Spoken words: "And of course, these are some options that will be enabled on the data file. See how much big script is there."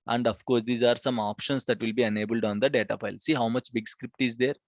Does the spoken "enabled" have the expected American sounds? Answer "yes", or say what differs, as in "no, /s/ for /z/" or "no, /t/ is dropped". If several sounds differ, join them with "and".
yes